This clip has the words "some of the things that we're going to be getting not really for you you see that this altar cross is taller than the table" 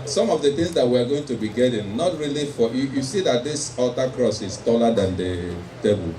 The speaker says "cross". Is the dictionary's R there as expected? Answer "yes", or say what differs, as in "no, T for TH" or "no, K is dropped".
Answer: yes